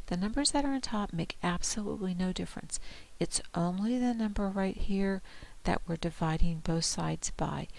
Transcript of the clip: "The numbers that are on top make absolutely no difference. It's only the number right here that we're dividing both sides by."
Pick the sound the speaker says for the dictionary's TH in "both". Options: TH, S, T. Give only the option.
TH